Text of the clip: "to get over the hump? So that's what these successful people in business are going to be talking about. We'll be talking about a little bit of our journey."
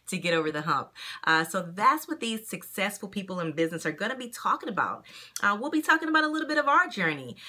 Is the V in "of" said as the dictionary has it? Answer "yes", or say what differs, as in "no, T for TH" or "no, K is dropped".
yes